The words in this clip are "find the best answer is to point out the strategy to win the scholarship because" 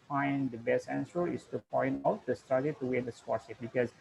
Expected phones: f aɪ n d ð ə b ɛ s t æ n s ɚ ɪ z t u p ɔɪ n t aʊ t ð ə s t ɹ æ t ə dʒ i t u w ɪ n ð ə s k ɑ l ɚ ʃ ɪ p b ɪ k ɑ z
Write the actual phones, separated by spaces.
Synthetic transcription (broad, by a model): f aɪ n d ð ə b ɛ s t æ n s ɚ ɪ s t u p ɔɪ n t aʊ t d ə s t ɑ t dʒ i t u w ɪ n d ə s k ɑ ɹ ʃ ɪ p b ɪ k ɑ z